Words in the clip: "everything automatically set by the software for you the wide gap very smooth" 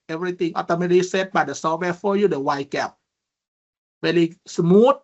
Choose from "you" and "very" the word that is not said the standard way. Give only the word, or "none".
very